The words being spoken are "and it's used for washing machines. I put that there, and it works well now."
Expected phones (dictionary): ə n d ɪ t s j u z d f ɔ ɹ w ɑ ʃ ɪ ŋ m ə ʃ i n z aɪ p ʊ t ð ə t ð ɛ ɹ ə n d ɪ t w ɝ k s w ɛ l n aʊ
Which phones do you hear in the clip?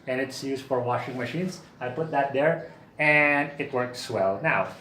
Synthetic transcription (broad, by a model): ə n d ɪ t s j u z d f ɔ ɹ w ɑ ʃ ɪ ŋ m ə ʃ i n s aɪ p ʊ t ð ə t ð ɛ ɹ ə n d ɪ t w ɝ k s w ɛ l n aʊ